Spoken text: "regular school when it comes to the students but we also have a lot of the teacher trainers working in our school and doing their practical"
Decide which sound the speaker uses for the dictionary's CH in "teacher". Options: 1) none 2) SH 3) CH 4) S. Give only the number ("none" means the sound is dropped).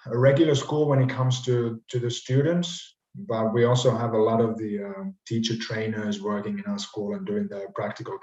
3